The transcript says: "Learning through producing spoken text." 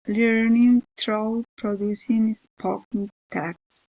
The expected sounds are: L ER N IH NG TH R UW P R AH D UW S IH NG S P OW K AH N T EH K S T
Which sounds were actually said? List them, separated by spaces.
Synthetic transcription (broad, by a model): L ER N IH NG T R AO P R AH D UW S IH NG S P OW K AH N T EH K S